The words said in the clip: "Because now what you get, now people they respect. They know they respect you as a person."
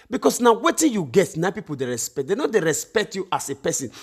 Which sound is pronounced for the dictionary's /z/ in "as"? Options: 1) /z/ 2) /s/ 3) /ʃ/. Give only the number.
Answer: 2